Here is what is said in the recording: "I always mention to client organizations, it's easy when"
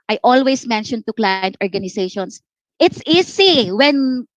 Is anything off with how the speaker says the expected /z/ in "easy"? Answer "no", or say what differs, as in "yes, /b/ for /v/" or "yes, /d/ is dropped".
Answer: yes, /s/ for /z/